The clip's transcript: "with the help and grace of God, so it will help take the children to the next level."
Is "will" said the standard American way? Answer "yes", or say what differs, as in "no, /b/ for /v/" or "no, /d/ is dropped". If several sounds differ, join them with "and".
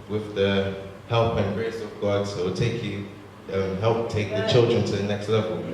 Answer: no, /n/ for /l/